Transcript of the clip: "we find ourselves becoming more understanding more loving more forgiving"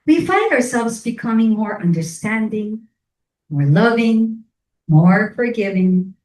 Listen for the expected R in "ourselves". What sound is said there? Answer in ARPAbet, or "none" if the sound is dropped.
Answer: R